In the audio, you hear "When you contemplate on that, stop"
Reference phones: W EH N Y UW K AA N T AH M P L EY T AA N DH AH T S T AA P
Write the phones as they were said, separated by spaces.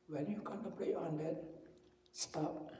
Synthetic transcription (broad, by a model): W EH N Y UW K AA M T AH P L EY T AA N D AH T S T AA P